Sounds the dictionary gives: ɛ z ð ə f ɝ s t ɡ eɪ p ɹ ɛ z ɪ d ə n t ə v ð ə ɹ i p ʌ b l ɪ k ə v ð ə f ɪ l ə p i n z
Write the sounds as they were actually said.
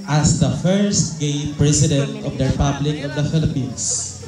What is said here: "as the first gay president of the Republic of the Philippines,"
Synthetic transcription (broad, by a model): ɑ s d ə f ɝ s t ɡ eɪ p ɹ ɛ s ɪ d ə n t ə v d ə ɹ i p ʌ b l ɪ k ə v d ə f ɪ l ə p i n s